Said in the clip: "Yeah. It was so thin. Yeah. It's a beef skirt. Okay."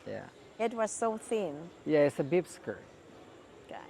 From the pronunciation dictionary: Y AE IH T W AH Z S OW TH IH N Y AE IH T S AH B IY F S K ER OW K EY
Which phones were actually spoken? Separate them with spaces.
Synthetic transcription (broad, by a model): Y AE IH T W AH Z S OW TH IH N Y AE IH T S AH B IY P S K ER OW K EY